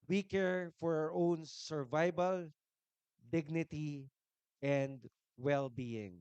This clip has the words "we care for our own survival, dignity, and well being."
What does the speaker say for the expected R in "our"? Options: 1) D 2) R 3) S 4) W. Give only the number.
2